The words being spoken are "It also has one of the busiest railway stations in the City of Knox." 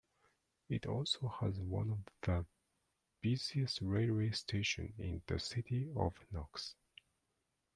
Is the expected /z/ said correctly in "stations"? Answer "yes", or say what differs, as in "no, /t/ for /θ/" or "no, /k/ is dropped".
no, /z/ is dropped